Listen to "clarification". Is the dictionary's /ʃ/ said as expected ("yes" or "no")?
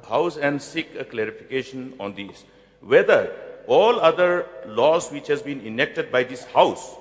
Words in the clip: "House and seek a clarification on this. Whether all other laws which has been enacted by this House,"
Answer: yes